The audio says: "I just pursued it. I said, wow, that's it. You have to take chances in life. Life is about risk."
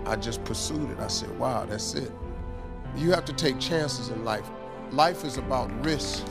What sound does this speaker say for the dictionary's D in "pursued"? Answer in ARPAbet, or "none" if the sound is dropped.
D